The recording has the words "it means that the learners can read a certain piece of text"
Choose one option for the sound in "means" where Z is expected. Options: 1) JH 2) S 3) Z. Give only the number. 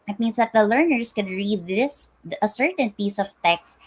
2